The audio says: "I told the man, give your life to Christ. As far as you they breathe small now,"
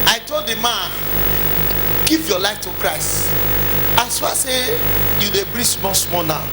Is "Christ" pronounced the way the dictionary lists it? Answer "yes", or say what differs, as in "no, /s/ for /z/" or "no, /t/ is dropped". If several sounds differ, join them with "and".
yes